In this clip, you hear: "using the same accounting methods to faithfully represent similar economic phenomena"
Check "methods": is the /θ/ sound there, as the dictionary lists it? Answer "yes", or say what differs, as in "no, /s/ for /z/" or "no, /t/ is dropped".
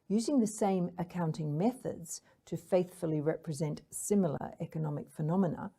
yes